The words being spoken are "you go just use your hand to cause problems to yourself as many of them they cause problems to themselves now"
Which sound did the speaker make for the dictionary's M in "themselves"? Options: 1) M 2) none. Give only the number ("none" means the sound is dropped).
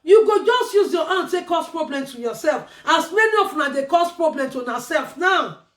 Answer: 2